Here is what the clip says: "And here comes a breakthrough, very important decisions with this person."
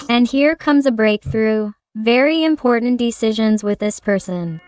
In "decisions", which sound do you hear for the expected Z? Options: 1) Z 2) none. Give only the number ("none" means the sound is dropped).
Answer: 1